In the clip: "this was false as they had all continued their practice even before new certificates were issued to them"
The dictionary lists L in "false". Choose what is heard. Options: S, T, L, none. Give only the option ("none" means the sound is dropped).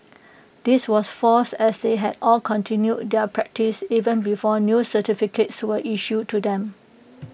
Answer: none